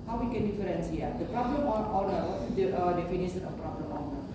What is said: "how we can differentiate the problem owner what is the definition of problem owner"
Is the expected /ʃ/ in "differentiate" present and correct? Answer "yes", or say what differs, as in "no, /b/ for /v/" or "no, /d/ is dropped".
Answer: no, /s/ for /ʃ/